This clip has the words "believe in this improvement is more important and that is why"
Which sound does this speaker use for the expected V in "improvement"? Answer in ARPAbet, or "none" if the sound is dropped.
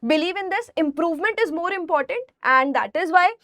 V